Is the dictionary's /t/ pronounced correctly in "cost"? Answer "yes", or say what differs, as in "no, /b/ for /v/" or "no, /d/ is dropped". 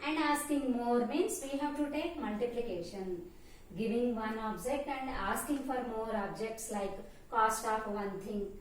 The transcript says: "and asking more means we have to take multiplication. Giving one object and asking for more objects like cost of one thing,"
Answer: yes